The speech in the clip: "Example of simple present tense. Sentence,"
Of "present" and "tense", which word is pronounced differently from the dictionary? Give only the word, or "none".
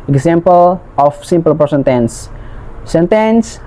present